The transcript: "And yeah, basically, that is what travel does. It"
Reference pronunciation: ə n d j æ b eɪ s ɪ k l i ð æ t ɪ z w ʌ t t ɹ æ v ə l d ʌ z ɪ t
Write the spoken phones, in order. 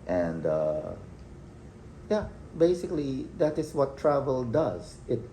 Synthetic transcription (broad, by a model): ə n d j æ b eɪ s ɪ k l i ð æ t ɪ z w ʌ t t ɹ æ v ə l d ʌ z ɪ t